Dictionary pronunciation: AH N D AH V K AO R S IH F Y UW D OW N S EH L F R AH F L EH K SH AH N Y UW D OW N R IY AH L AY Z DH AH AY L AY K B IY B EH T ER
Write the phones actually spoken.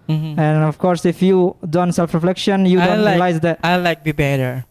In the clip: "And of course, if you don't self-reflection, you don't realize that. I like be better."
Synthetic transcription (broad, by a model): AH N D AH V K AO R S IH F Y UW D OW N S EH L F R AH F L EH K SH AH N Y UW D OW N L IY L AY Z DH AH AY L AY K B IY B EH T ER